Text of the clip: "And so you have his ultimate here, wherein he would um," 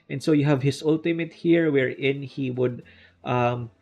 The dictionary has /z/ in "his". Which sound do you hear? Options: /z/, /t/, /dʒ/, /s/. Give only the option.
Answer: /s/